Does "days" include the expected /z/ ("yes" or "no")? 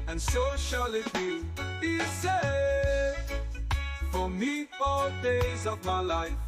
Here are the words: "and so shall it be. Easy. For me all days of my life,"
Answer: yes